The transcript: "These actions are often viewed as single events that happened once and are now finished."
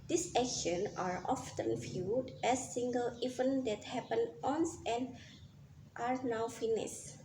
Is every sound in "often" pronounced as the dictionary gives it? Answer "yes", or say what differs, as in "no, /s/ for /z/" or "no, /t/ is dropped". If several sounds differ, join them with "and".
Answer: yes